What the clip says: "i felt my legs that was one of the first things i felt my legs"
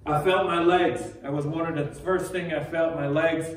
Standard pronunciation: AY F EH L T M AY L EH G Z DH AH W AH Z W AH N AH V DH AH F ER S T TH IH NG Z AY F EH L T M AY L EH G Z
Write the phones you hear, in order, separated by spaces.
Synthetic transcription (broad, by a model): AY F EH L T M AY L EH G Z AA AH W AH Z W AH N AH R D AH F ER S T TH IH NG AY F EH L T M AY L EH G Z